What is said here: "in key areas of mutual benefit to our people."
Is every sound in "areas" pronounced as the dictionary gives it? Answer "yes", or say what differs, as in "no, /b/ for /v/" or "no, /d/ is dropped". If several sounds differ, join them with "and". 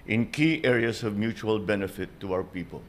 no, /s/ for /z/